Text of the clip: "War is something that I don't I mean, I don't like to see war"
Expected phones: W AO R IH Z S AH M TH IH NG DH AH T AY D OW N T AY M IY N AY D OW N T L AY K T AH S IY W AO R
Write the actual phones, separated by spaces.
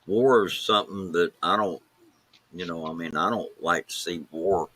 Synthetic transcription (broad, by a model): W AO R IH Z S AH M TH IH NG DH AH T AY D OW N T AY M IY N AY D OW N T L AY K T AH S IY W AO R